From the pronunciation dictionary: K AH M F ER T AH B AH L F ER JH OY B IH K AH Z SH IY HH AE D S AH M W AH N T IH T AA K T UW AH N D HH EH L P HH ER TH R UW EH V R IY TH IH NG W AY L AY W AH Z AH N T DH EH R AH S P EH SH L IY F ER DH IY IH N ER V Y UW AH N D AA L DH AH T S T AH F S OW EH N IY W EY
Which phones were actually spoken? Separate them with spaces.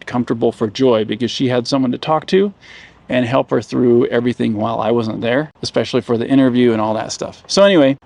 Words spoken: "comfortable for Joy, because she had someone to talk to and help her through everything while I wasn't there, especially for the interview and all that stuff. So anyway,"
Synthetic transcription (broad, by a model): K AH M F T AH B L F ER JH OY B IH K AH Z SH IY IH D S AH M W AH N T IH T AA K T UW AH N HH EH L P HH ER TH R UW EH V R IY TH IH NG W AY L AY W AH Z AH N DH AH R AH S P EH SH L IY F ER DH IY IH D ER V Y UW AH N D AA L DH AH T S T AH F S OW EH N IY W EY